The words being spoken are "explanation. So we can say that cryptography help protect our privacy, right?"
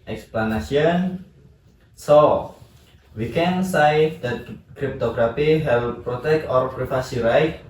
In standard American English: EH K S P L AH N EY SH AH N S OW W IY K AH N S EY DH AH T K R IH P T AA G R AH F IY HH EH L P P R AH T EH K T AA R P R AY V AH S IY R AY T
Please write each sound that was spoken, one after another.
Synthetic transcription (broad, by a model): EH K S P L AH N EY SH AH N S OW W IY K AH N S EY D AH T K R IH P T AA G R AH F IY HH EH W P P R AH T EH K T AA R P R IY F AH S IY R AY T